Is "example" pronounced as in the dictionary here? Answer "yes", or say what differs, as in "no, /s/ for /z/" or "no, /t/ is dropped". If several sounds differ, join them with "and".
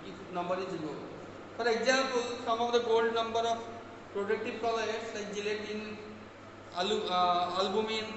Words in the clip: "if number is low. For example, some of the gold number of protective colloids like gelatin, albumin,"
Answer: no, /m/ is dropped